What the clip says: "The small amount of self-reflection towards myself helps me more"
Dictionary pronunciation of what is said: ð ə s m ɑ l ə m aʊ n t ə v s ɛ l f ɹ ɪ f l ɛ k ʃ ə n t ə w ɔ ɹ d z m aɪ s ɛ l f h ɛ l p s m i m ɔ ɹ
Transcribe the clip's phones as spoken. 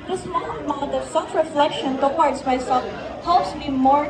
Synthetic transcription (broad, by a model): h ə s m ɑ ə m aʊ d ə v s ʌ f ɹ ɪ f l ɛ k ʃ ə n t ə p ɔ ɹ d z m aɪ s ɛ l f h ɛ l p s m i m ɔ ɹ